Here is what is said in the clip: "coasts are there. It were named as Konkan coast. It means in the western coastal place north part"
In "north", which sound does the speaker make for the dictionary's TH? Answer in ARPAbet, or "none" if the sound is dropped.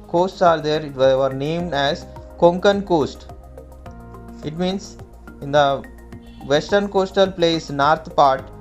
T